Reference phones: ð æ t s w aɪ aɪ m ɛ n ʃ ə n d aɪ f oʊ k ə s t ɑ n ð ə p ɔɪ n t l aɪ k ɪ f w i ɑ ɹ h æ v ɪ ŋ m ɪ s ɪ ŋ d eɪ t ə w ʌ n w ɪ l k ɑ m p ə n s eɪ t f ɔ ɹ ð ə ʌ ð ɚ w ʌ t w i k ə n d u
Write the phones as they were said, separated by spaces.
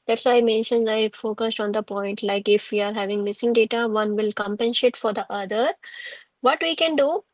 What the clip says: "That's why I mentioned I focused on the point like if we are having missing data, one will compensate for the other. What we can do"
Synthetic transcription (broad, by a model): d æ t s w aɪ aɪ m ɛ n ʃ ə n d aɪ f oʊ k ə s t ɑ n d ə p ɔɪ n t l aɪ k ɪ f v i ɑ ɹ h æ v ɪ ŋ m ɪ s ɪ ŋ d eɪ t ə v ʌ n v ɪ l k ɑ m p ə n ʃ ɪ t f ɔ ɹ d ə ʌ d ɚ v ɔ t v i k ə n d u